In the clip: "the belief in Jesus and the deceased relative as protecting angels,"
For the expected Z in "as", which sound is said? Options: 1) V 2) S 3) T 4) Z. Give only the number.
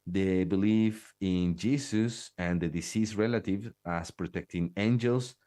2